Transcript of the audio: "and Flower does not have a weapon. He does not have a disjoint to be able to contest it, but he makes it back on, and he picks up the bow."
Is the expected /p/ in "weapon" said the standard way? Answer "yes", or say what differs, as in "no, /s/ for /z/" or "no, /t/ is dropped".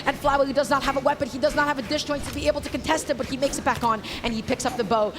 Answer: yes